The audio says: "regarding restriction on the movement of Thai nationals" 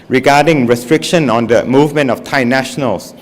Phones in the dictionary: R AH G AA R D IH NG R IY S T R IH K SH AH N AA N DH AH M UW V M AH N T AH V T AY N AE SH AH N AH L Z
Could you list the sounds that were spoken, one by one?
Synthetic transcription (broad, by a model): R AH G AA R D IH NG R IY S T R IH K SH AH N AA N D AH M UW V M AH N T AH F T AY N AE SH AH N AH L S